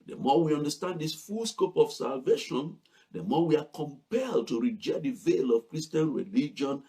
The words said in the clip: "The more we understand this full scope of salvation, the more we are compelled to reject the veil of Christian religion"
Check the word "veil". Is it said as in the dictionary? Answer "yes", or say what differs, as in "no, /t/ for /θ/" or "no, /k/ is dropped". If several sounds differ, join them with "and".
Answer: yes